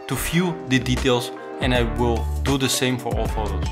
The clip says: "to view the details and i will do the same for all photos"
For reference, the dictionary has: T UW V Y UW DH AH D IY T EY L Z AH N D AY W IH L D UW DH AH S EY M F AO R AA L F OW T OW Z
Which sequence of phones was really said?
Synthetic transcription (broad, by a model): T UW F Y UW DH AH D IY T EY L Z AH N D AY W IH L D UW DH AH S EY M F AO R AA L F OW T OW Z